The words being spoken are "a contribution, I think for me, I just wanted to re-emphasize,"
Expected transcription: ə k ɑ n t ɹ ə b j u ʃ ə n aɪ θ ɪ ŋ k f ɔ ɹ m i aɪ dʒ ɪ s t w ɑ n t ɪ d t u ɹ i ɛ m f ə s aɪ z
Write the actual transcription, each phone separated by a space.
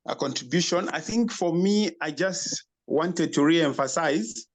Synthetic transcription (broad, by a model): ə k ɑ n t ɹ ə b j u ʃ ə n aɪ θ ɪ ŋ k f ɔ ɹ m i aɪ dʒ ɪ s t w ɑ n t ɪ d t u ɹ i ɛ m f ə s aɪ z